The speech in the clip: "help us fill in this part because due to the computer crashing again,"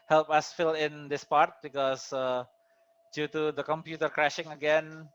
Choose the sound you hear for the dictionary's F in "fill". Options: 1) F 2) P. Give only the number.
1